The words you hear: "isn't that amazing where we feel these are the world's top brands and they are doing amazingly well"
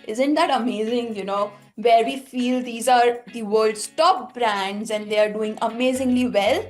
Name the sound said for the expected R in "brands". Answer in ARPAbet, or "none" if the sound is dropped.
R